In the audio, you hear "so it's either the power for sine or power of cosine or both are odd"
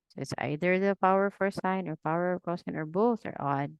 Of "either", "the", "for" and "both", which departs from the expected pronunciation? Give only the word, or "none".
none